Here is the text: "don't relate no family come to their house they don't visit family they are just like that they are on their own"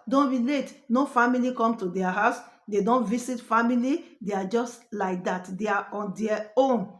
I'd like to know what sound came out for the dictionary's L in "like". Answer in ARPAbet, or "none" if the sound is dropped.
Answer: L